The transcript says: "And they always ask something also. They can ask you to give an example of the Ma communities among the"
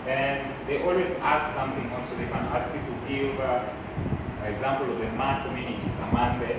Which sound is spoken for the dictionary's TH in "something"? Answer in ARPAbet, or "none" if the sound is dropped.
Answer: TH